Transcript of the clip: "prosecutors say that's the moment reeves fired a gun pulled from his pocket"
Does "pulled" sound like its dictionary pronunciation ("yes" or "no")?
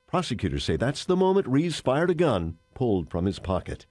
yes